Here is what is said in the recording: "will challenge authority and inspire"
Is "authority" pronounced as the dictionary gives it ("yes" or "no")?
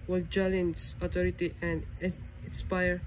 no